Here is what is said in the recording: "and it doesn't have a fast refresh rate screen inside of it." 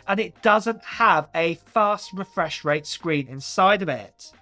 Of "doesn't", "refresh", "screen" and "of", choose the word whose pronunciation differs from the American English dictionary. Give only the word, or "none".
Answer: of